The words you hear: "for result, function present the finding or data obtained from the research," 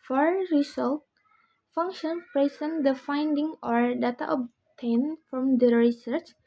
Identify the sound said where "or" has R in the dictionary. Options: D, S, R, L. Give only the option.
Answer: R